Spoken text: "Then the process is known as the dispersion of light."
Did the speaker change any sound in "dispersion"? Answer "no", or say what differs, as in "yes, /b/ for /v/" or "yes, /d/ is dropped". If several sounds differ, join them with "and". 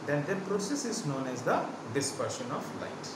yes, /ʃ/ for /ʒ/